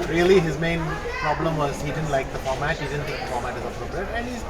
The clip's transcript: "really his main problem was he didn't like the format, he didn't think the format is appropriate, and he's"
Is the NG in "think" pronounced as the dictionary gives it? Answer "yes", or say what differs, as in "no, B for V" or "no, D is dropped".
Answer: no, NG is dropped